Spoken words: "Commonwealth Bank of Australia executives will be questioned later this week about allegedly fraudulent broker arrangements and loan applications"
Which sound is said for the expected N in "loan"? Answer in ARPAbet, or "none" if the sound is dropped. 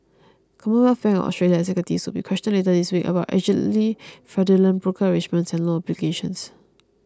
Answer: none